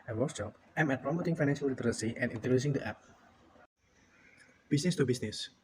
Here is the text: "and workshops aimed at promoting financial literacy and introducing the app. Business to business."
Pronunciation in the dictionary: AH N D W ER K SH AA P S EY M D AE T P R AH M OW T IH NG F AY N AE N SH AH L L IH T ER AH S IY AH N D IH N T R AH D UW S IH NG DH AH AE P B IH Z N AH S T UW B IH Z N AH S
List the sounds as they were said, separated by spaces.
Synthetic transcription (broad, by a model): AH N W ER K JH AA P EY M EH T P R AH M OW T IH NG F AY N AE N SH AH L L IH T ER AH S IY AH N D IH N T AH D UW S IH NG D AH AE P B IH S N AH S T UW B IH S N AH S